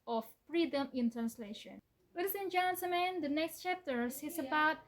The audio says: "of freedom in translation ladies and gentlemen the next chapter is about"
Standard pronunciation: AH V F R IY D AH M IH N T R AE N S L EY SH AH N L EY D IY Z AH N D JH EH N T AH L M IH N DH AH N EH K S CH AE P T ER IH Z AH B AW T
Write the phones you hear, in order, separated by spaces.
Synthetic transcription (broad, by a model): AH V F R IY D AH M IH N T R AE N S L EY SH AH N W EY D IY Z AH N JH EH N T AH M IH N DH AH N EH K S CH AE P T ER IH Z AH B AW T